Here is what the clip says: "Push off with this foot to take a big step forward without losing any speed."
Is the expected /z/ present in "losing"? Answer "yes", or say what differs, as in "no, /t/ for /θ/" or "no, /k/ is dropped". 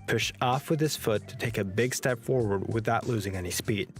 yes